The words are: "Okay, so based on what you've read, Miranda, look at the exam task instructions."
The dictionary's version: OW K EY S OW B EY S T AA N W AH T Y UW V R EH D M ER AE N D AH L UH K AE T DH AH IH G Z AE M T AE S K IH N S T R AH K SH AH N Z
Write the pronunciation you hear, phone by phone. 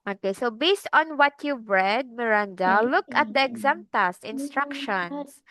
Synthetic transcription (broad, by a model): OW K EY S OW B EY S T AA N W AH T Y UW V R EH D M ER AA N D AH L UH K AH T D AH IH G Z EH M T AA S IH N S T R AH K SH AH N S